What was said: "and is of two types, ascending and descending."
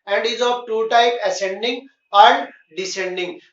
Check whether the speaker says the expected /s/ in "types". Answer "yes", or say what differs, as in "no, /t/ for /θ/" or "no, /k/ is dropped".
no, /s/ is dropped